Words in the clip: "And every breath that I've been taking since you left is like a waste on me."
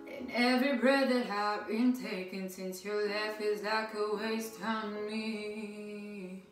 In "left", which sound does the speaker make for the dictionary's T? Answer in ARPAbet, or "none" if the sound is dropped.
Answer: none